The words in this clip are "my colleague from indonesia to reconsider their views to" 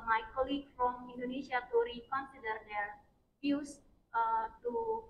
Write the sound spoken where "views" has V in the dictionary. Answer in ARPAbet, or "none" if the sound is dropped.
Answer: F